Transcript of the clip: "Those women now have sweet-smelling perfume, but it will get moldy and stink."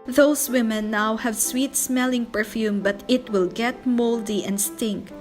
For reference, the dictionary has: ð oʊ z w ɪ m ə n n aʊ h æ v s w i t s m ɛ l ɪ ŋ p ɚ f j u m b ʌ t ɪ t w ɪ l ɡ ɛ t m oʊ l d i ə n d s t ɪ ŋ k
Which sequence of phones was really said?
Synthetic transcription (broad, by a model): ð oʊ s w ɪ m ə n n aʊ h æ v s w i t s m ɛ l ɪ ŋ p ɚ f j u m b ʌ t ɪ t w ɪ l ɡ ɛ t m oʊ l d i ə n d s t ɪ ŋ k